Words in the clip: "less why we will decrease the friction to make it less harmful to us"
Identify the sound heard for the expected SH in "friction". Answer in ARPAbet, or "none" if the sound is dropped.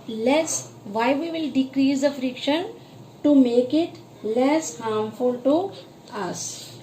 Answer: SH